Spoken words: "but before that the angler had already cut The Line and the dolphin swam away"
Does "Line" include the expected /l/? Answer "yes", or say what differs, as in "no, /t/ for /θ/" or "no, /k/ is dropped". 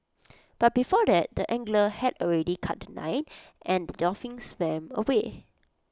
no, /n/ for /l/